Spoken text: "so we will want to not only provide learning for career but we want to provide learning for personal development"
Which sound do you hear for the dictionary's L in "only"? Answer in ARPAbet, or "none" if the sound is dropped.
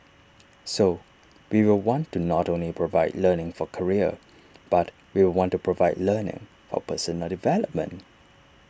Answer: L